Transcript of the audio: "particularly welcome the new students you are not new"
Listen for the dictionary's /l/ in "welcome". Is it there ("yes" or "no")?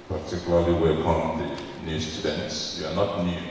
no